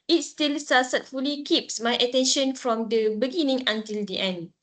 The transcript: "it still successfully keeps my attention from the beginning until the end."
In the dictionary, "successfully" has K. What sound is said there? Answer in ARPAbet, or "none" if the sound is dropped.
none